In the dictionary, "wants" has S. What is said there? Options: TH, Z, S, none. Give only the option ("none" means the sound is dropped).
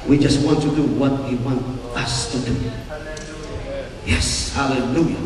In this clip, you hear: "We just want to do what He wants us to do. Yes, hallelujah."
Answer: none